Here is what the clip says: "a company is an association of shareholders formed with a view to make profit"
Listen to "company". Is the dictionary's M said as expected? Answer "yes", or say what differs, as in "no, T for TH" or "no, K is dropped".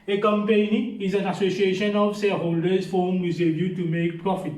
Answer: yes